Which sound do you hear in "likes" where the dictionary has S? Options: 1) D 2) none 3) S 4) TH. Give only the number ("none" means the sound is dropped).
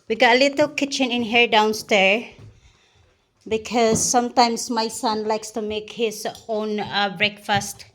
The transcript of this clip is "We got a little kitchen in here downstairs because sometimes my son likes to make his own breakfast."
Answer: 3